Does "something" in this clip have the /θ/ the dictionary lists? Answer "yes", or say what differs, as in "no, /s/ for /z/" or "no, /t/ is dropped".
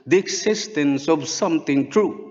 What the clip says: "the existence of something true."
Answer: no, /t/ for /θ/